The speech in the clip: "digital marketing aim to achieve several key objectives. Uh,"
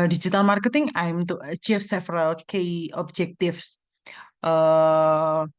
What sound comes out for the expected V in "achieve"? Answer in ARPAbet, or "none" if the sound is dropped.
F